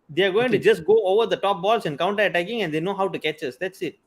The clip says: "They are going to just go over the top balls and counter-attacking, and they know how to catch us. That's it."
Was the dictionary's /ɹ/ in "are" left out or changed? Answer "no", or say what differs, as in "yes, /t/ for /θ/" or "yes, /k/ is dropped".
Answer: no